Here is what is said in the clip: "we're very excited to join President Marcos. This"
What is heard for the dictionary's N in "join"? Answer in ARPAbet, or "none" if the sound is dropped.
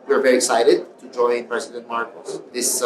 N